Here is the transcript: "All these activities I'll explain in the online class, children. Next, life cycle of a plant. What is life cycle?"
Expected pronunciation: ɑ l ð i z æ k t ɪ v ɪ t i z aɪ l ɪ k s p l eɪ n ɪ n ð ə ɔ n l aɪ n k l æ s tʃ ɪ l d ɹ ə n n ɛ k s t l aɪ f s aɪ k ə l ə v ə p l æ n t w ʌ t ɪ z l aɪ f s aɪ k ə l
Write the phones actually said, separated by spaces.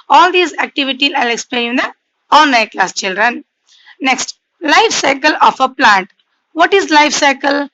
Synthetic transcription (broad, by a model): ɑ l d i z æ k t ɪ v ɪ t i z aɪ l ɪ k s p l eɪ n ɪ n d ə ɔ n n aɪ k l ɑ s tʃ ɪ l d ɹ ə n n ɛ k s t l aɪ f s aɪ k ə l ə f ə p l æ n t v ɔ t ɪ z l aɪ f s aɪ k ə l